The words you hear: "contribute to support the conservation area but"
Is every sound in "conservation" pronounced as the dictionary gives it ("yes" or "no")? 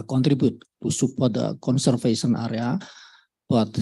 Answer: no